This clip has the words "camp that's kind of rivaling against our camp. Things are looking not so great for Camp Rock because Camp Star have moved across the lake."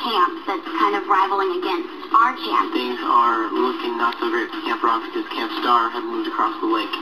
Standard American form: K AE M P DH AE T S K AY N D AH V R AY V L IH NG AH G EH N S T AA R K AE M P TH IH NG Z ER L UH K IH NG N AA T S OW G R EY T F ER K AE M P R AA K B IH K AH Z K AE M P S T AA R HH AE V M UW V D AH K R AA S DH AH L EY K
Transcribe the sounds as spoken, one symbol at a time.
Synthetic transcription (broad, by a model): K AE M P DH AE T S K AY N D AH V R AY V L IH NG AH G EH N S T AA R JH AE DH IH Z ER L UH K IH NG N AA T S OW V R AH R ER K AE M P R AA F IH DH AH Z K AE M P S T AA R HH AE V M UW V D AH K R AA S DH AH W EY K